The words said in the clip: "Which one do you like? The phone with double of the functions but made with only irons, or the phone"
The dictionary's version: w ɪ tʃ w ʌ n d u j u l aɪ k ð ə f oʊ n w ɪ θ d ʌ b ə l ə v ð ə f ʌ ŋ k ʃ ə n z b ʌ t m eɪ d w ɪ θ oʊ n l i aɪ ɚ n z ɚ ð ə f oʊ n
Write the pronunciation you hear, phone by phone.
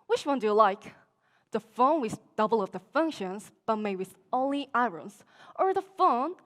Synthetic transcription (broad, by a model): w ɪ tʃ w ʌ n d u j l aɪ k ð ə f oʊ n w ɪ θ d ʌ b l ə v ð ə f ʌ ŋ k ʃ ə n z b ʌ t m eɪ w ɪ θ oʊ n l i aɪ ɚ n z ɚ ð ə f oʊ n